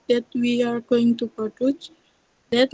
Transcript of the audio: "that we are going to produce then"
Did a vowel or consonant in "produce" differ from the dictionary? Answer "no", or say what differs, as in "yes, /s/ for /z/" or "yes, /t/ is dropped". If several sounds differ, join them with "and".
yes, /ɹ/ is dropped